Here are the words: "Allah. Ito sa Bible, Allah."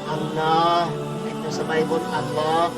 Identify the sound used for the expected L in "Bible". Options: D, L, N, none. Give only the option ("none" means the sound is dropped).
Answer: N